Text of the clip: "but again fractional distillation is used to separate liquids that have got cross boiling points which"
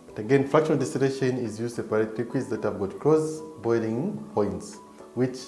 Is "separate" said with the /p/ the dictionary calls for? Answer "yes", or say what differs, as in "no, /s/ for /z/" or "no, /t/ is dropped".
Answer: no, /p/ is dropped